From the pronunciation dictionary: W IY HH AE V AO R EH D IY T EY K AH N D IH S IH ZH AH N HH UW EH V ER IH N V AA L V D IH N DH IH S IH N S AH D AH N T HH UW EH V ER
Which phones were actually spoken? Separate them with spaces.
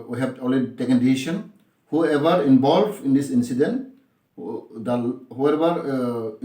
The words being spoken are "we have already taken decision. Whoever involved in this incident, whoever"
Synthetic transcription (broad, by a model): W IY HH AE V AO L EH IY T EY K AH N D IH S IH SH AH N HH UW EH V ER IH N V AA L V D IH N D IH S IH N S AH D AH N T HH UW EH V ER